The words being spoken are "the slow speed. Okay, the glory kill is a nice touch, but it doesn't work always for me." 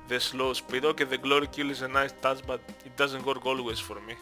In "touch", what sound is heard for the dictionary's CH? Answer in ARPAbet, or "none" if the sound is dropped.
S